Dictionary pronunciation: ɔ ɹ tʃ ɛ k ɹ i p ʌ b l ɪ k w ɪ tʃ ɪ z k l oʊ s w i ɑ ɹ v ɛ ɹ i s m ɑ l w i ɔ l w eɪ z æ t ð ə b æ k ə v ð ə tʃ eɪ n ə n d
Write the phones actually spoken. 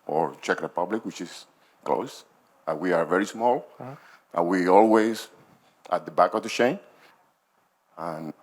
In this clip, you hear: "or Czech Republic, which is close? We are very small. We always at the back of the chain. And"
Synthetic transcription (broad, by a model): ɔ ɹ tʃ ɛ k ɹ i p ʌ b l ɪ k w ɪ tʃ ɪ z k l oʊ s w i ɑ ɹ v ɛ ɹ i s m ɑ l w i ɔ l w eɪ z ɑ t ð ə b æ k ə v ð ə ʃ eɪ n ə n